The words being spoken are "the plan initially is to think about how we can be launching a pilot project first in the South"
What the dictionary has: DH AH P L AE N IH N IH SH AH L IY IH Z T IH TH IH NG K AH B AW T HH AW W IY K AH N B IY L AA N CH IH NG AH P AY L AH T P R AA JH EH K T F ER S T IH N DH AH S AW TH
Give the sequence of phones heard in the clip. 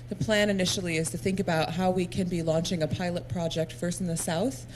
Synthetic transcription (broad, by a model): DH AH P L AE N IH N IH SH L IY IH Z T IH TH IH NG K AH B AW T HH AW W IY K AH N B IY L AA N CH IH NG AH P AY L AH T P R AA JH EH K T F ER S T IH N DH AH S AW TH